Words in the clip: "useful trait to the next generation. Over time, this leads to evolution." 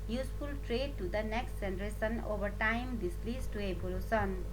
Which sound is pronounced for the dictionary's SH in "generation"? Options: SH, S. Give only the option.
S